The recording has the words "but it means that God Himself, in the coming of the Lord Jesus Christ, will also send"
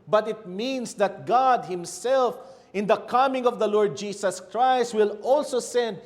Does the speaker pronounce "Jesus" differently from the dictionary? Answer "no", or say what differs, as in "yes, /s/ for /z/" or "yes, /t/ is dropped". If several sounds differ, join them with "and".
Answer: yes, /s/ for /z/